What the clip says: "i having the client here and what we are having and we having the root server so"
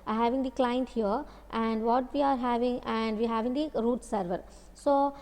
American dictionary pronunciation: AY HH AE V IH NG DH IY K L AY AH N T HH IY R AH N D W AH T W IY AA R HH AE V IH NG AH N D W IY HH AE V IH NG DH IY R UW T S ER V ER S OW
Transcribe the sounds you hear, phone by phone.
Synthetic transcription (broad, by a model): HH AE V IH NG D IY K L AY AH N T HH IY R AH N D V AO T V IY AA R HH AE V IH NG AH N D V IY HH AE V IH NG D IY R UW T S ER V ER S OW